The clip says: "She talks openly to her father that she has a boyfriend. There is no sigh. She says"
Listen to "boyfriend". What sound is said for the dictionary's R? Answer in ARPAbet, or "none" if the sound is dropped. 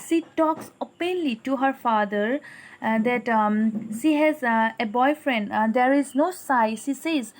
R